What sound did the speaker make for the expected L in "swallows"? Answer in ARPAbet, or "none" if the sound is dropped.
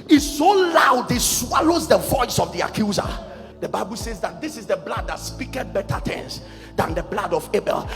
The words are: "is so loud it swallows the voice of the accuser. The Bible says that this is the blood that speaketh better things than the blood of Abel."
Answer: L